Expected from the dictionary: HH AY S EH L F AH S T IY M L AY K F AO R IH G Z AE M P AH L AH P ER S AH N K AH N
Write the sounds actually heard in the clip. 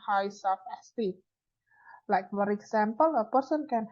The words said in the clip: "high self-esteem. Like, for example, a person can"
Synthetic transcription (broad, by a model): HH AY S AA F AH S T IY L AY K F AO R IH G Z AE M P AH L AH P ER S AH N K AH N